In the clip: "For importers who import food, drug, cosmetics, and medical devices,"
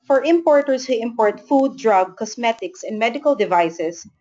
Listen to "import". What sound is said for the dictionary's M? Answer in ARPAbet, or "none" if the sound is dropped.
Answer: M